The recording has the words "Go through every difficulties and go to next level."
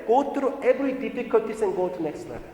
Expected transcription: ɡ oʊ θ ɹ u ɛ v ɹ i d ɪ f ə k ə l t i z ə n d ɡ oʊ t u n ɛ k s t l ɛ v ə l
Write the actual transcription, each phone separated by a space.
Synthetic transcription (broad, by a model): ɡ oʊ t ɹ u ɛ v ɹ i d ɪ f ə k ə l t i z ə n ɡ oʊ t u n ɛ k s t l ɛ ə